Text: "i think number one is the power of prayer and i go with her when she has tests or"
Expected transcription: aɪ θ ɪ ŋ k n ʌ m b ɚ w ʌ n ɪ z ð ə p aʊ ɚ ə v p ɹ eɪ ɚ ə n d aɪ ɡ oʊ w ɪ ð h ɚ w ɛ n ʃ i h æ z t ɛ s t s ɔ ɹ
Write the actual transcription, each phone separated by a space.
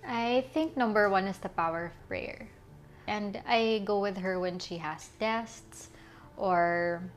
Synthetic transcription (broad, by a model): aɪ θ ɪ ŋ k n ʌ m b ɚ w ʌ n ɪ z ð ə p aʊ ɚ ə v p ɹ eɪ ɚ ə n d aɪ ɡ oʊ w ɪ ð h ɚ w ɛ n ʃ i h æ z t ɛ s t s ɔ ɹ